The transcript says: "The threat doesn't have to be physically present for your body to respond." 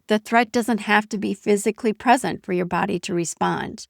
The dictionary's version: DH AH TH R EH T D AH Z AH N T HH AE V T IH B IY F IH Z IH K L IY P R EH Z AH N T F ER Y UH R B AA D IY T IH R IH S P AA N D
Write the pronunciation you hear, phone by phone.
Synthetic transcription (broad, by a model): DH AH TH R EH T D AH Z AH N T HH AE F T IH B IY F IH Z IH K L IY P R EH Z AH N T F ER Y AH R B AA D IY T IH R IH S P AA N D